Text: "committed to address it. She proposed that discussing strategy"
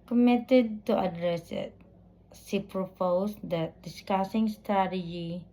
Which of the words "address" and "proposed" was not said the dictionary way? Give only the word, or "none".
proposed